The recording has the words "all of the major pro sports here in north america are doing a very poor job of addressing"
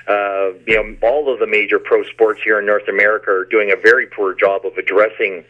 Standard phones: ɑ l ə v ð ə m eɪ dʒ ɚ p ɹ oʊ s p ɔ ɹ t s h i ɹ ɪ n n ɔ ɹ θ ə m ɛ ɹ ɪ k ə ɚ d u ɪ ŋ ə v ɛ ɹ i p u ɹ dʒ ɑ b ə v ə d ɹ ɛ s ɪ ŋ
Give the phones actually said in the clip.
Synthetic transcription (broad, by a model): ɑ l ə v ð ə m eɪ dʒ ɚ p ɹ oʊ s p ɔ ɹ t s h i ɹ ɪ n n ɔ ɹ θ ə m ɛ ɹ ɪ k ə ɚ d u ɪ ŋ ə v ɛ ɹ i p u ɹ dʒ ɑ b ə v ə d ɹ ɛ s ɪ ŋ